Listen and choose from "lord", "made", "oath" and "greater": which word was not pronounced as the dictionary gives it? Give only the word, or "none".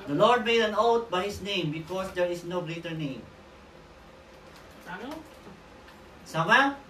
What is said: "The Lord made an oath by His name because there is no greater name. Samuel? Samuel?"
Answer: oath